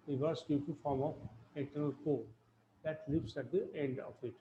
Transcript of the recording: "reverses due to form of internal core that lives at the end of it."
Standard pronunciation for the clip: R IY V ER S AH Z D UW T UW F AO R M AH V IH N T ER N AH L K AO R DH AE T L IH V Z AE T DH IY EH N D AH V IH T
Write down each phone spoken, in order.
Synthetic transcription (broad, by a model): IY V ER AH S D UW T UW F AO R M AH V IH N T ER N AH L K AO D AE T L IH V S AE T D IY EH N D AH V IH T